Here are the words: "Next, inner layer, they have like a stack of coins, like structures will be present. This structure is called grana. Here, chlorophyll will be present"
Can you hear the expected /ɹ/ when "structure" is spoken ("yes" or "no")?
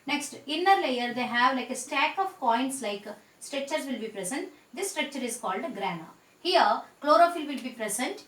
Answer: yes